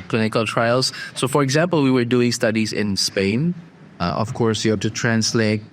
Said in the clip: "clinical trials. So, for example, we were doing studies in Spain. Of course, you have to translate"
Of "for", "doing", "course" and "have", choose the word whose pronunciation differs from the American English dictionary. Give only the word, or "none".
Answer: have